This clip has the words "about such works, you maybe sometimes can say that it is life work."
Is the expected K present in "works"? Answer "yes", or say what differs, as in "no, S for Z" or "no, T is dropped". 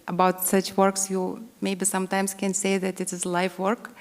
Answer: yes